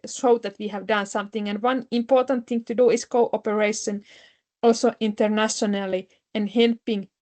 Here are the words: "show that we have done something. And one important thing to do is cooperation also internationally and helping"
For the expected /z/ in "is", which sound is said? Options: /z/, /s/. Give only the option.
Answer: /s/